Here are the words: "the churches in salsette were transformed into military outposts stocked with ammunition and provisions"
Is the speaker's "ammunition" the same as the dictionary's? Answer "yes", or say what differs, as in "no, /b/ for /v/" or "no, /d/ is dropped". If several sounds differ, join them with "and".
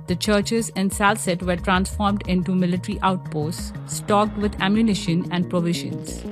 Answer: yes